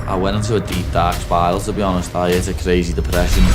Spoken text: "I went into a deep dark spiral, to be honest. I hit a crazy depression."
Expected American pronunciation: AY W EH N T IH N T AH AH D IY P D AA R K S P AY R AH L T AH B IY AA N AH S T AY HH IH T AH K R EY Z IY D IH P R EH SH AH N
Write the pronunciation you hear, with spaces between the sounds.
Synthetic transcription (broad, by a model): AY W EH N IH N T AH AH D IY P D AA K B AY AH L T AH B IY AA N AH S T AY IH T AH K R EY Z IY D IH P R EH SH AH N